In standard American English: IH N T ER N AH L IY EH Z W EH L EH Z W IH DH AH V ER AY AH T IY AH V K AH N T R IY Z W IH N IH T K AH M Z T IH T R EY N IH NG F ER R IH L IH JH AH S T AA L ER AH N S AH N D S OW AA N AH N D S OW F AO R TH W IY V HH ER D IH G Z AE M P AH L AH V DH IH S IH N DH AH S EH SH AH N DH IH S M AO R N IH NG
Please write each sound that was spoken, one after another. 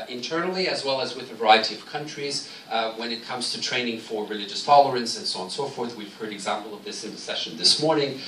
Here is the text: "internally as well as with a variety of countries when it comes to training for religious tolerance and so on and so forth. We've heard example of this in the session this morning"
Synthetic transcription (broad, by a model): IH N T ER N L IY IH Z W EH L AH Z W IH DH AH V ER AY AH T IY AH V K AH N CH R IY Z W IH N IH T K AH M Z T IH T R EY N IH NG F ER R IH L IH JH AH S T AA L ER AH N S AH N S OW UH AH N S OW F AO R TH W IY V HH ER D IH G Z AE M P L AH V DH IH S IH N DH AH S EH SH AH N DH IH S M AO R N IH NG